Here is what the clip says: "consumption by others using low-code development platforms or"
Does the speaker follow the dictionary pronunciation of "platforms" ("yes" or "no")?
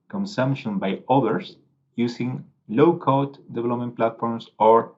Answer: no